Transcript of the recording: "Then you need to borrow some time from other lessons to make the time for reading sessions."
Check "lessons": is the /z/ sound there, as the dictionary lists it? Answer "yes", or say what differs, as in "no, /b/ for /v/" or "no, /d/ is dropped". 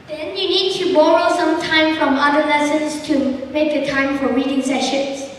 no, /s/ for /z/